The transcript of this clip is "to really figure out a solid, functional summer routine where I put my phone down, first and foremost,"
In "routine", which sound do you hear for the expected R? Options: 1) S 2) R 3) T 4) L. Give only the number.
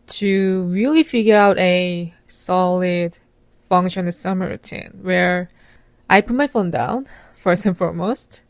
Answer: 2